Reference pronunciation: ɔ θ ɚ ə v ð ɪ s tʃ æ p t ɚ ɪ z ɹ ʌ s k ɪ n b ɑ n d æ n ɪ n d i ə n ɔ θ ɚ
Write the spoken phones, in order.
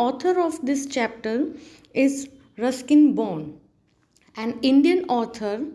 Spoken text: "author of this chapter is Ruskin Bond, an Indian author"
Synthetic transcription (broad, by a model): ɔ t ɚ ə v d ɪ s tʃ æ p t ɚ ɪ z ɹ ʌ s k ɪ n b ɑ n æ n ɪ n d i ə n ɔ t ɚ